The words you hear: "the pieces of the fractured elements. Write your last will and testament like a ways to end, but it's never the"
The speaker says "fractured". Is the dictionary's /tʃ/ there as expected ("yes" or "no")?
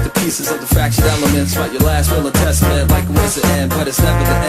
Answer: no